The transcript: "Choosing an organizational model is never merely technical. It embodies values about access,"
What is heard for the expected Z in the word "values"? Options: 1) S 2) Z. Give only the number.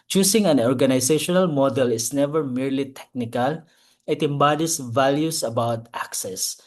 1